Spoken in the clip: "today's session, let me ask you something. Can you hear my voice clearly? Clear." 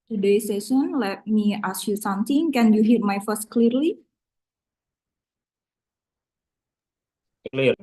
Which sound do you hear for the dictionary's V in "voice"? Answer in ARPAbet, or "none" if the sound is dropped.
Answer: F